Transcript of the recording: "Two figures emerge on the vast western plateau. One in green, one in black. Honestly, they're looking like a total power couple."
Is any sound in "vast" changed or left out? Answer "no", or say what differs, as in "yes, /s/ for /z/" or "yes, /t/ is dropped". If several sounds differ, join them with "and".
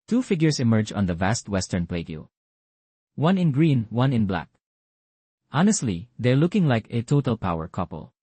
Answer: no